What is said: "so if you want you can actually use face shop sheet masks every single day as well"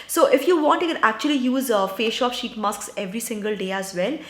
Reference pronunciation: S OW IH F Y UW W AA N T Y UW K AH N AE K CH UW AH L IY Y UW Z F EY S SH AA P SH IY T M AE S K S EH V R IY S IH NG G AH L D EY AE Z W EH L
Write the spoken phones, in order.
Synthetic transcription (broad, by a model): S OW IH F Y UW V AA N T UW K AH N AE K CH UW AH L IY Y UW Z F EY SH AA P SH IY T M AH S K S EH V R IY S IH NG G AH L D EY AE Z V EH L